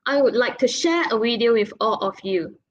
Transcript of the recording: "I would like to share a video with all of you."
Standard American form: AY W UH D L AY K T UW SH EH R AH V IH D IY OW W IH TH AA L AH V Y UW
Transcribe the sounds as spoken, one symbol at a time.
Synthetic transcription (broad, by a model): AY W UH D L AY K T UW SH EH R AH W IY D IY OW W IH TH AA L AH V Y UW